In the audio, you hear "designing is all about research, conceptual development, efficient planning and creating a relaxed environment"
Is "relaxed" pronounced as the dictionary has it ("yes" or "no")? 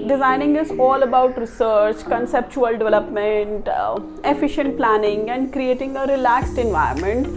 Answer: yes